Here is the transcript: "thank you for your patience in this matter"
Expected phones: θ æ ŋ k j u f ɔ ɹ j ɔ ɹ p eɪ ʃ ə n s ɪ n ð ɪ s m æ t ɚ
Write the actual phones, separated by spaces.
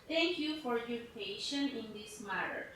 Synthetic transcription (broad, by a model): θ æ ŋ k j u f ɔ ɹ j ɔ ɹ p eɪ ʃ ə n ɪ n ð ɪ s m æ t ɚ